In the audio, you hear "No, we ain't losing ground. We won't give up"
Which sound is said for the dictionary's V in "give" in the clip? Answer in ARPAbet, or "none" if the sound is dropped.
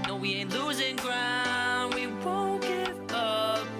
none